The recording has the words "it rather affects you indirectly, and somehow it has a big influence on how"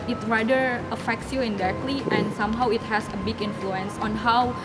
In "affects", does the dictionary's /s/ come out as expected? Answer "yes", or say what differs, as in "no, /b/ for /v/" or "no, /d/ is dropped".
yes